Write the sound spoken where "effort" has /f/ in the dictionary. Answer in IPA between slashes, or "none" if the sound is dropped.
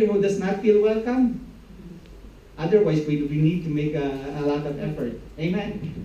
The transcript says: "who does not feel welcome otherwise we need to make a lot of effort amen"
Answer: /f/